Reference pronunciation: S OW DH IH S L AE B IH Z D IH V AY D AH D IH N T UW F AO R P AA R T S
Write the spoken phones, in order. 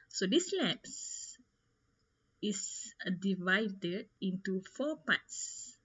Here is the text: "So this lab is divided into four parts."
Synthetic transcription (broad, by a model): S OW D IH S L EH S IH S D IH V AY D AH D IH N T UW F AO P AA T S